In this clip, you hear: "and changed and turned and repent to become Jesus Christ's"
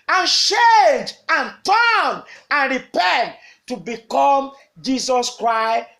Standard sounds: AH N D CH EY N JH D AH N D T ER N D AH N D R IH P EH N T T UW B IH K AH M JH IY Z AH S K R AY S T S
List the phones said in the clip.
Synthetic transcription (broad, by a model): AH N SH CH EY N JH AH N T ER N AH N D R IH P EH N T T UW B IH K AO M JH IY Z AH S K R AY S S